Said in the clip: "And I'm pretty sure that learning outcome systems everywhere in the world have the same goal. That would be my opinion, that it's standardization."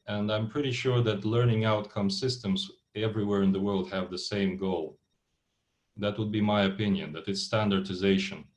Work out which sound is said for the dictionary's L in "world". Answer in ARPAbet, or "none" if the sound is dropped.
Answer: L